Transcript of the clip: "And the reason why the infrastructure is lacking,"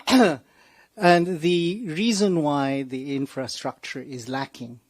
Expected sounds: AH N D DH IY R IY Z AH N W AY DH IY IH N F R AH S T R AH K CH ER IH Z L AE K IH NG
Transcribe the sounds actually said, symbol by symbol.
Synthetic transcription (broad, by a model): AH N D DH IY R IY Z AH N W AY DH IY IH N F R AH S T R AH K CH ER IH Z L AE K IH NG